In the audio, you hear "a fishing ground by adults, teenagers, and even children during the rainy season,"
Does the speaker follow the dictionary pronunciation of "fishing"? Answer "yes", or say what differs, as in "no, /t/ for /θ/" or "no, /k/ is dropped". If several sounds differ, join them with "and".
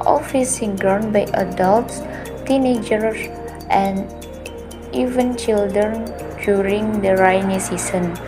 no, /s/ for /ʃ/